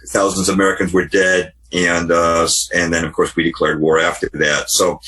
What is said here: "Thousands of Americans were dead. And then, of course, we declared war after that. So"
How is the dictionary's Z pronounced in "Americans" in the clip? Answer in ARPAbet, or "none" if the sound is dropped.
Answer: Z